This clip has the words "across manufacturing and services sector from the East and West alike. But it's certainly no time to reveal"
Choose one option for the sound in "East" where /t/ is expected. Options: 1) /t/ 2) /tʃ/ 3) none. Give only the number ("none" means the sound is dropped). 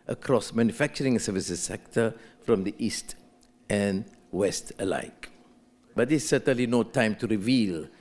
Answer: 1